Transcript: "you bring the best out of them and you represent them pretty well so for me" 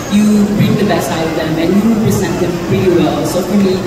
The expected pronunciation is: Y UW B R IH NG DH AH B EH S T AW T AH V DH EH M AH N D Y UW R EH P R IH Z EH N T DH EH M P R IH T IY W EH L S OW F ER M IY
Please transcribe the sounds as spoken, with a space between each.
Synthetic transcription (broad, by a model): Y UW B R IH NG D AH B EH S AW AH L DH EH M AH N Y UW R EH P R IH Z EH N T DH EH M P R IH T IY W EH L S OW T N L IY